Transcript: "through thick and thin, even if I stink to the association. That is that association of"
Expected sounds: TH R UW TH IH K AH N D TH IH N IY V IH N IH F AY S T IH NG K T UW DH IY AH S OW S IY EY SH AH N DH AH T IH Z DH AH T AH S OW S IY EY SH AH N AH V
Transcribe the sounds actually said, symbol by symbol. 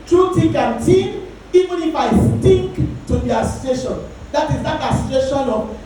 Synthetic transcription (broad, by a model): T R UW T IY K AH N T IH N IY V IH N IH F AY S T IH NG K T UW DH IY AH S OW S IY EY SH AH N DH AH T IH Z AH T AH S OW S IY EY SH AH N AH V